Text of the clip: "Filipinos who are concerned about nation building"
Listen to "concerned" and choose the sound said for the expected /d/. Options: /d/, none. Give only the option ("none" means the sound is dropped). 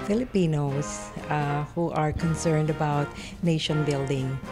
/d/